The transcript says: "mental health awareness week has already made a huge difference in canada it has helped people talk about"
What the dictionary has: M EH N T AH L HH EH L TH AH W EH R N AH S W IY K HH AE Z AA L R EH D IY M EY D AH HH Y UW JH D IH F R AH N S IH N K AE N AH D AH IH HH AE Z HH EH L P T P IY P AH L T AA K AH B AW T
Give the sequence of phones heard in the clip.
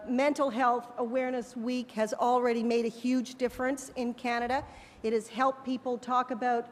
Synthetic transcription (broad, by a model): M EH N T L HH EH L TH AH W EH R N AH S W IY K HH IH Z L R EH D IY M EY D AH HH Y UW JH D IH F R AH N S IH N K AE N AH D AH IH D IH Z HH EH L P P IY P L T AA K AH B AW T